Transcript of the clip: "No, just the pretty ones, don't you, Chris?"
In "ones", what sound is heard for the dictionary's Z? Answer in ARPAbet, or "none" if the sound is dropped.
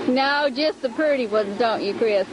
Z